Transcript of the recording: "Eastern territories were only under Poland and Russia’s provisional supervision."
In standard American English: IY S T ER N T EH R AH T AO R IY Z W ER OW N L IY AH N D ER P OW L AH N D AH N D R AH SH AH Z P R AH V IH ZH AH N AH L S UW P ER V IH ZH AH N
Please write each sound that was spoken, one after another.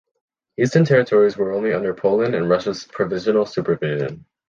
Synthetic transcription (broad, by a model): IY S T ER N T EH R AH T AO R IY Z W ER OW N L IY AH N D ER P OW L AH N AH N R AH SH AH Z P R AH V IH ZH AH N L S UW P ER V IH ZH AH N